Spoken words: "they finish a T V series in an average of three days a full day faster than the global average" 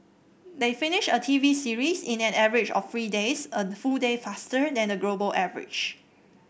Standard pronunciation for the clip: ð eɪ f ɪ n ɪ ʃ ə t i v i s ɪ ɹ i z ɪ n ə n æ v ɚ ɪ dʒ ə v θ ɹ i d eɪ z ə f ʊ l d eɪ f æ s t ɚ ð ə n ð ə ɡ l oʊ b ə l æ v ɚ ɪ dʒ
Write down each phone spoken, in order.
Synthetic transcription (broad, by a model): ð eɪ f ɪ n ɪ ʃ ə t i v i s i ɹ i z ɪ n ə n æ v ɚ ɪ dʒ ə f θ ɹ i d eɪ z ə f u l d eɪ f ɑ s t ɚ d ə n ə ɡ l oʊ b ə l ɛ v ɚ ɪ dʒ